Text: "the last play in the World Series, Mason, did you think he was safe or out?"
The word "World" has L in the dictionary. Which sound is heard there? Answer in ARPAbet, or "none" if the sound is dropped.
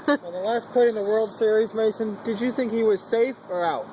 L